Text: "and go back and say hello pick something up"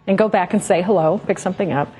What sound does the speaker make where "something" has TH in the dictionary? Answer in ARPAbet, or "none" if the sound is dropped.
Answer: TH